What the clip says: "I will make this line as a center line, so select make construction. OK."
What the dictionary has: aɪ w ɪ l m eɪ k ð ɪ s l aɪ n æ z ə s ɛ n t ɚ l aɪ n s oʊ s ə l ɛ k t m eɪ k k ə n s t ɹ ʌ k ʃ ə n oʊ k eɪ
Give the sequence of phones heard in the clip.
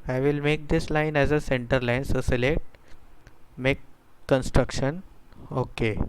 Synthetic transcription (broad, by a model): aɪ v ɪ l m eɪ k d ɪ s l aɪ n æ z ə s ɛ n t ɚ l aɪ n s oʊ s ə l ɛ t m eɪ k k ə n s t ɹ ʌ k ʃ ə n oʊ k eɪ